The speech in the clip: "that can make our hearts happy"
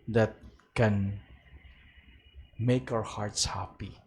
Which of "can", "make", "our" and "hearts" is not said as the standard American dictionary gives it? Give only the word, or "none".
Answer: none